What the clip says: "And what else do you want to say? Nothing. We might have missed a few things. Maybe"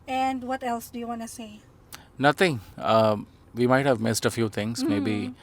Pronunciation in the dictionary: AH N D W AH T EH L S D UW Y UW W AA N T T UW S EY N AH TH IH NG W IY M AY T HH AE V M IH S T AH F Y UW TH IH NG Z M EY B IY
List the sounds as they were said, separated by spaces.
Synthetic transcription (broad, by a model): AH N D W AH T EH L S D UW Y UW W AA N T T UW S EY N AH T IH NG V IY M AY T HH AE V M IH S T AH F Y UW T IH NG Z M EY B IY